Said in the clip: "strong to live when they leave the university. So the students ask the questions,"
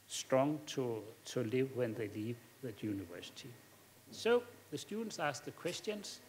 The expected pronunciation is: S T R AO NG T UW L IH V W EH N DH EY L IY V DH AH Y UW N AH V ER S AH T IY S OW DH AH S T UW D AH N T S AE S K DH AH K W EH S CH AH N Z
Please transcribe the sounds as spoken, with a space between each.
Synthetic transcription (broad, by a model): S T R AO NG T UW L IH V W EH N DH EY L IY V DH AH Y UW N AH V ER S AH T IY S OW DH AH S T UW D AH N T S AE S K DH AH K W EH S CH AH N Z